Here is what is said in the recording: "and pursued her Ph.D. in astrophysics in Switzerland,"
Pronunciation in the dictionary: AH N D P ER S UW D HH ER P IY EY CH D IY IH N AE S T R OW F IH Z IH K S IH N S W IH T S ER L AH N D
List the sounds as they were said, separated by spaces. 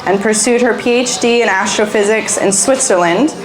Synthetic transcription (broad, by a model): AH N P ER S UW D HH ER P IY EY CH D IY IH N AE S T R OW F IH Z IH K S IH N S W IH T S ER L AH N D